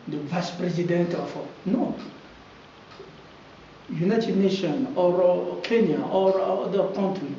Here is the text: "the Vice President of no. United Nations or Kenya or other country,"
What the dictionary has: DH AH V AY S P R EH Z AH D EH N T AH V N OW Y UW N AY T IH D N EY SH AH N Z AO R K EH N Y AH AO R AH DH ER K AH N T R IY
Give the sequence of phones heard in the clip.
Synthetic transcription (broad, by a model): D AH V AY S P R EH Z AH D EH N T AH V N OW Y UW N AY T IH D N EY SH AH N AO R K EH N Y AH AO R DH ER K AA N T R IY